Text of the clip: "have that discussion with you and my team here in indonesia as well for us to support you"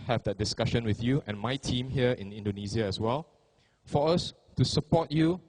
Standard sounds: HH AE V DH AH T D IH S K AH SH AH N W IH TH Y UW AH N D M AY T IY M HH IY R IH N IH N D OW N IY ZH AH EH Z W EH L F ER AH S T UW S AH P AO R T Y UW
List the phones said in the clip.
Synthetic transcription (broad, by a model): HH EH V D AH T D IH S K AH SH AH N W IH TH Y UW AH N M AY T IY M HH IY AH IH N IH N D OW N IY Z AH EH S W EH L F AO AH S T UW S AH P AO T Y UW